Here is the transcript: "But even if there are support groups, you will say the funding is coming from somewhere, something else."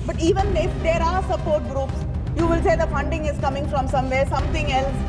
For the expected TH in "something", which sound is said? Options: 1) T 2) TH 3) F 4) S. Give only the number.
1